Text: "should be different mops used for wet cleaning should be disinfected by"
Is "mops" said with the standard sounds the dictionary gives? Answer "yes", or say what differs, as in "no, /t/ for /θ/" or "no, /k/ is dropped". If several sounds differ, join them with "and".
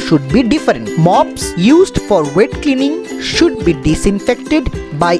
yes